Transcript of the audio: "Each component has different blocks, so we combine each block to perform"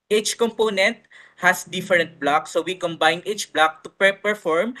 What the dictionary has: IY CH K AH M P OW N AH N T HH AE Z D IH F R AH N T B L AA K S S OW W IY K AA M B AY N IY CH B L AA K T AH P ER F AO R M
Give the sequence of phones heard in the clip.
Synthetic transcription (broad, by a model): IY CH K AH M P OW N AH N T HH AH S D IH F R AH N T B L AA K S S OW W IY K AA M B AY N IY CH B L AA K T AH P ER F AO R M